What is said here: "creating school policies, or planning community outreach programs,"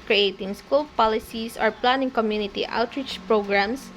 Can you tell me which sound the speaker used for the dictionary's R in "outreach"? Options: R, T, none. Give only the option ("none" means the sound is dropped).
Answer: R